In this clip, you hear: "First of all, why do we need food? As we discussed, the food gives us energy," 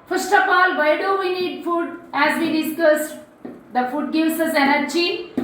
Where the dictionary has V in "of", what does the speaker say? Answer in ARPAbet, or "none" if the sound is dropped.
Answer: P